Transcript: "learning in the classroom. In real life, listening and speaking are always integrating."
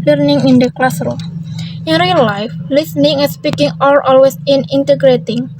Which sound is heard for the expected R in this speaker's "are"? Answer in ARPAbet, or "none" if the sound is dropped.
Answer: L